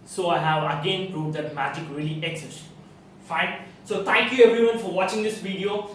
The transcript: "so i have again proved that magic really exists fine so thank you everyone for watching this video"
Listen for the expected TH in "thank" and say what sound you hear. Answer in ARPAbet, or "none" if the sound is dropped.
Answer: T